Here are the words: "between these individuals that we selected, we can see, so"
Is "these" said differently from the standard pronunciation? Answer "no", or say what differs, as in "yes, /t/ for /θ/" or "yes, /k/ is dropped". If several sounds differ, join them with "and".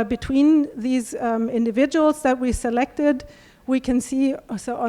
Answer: no